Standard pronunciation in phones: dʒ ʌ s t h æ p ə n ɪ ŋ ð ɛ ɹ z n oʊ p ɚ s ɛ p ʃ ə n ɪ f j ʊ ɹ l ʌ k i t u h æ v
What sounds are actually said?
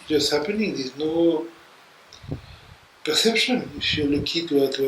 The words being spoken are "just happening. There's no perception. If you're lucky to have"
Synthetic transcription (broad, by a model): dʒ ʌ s h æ p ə n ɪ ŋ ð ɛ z n oʊ p ɚ s ɛ p ʃ ə n ɪ f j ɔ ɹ l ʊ k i t u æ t